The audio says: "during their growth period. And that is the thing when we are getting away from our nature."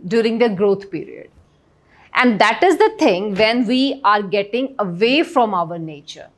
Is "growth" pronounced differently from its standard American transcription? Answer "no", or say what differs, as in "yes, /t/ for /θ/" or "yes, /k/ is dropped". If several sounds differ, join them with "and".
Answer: yes, /t/ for /θ/